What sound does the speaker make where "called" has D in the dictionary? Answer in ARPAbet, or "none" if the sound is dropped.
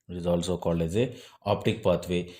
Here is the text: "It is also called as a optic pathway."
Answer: none